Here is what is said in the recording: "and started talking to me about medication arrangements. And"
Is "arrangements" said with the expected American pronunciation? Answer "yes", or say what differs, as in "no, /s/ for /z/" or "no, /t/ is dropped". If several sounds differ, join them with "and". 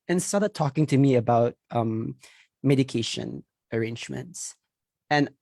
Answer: yes